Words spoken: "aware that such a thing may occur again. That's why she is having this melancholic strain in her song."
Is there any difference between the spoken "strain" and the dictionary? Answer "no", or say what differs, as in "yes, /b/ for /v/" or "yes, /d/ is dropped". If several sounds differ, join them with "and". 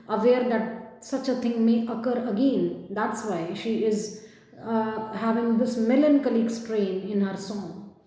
no